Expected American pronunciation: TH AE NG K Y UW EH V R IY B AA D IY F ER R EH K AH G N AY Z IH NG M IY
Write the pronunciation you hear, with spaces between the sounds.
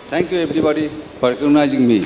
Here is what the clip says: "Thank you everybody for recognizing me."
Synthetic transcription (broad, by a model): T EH NG K Y UW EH B R IY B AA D IY P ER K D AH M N AY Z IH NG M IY